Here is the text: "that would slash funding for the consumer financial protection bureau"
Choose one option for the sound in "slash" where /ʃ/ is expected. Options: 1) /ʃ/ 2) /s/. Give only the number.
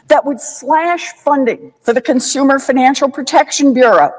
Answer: 1